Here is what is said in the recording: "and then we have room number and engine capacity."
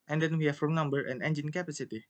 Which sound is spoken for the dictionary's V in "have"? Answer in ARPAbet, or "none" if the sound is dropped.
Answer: F